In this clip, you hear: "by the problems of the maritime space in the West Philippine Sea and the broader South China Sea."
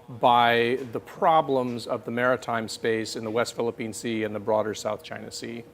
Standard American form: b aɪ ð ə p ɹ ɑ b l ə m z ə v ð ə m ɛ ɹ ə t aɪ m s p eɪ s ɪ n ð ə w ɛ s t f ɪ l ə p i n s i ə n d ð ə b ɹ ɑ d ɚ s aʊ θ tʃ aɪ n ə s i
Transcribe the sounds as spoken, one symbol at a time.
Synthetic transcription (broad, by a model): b aɪ ð ə p ɹ ɑ b l ə m z ə v ð ə m ɛ ɹ ə t aɪ m s p eɪ s ɪ n ð ə w ɛ s t f ɪ l ə p i n s i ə n ð ə b ɹ ɑ d ɚ s aʊ θ tʃ aɪ n ə s i